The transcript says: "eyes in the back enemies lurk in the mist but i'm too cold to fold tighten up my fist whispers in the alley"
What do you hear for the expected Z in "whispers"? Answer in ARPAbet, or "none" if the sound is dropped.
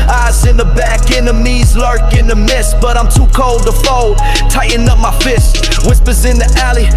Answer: Z